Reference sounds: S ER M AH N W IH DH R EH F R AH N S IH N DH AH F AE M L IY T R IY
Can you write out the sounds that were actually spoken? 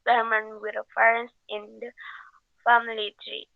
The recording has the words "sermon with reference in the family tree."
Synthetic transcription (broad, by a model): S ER M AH N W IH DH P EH R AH N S IH N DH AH F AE M L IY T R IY